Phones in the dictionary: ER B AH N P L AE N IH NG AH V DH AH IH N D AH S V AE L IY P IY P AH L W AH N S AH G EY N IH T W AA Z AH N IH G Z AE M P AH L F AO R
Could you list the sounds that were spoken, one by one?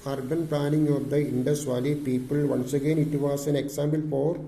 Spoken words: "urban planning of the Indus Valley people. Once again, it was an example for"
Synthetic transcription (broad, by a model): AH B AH N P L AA N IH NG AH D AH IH N D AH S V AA L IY P IY P AH L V AH N S AH G EY N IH T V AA S AH N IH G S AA M B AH L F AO R